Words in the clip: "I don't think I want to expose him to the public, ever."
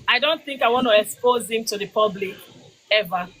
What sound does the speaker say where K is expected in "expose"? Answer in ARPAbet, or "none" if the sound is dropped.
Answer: K